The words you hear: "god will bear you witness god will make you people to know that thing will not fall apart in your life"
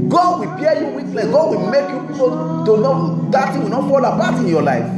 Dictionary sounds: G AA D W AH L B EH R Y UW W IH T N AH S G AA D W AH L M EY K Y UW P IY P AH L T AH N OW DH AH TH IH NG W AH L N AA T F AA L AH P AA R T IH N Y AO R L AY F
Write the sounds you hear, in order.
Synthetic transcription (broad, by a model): G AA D W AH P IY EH Y UW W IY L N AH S G AA D W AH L M EY K Y UW P IY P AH T AH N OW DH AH T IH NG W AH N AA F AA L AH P AA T IH N Y AO L AY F